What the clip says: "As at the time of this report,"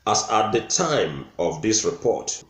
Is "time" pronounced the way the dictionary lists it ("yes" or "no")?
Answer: yes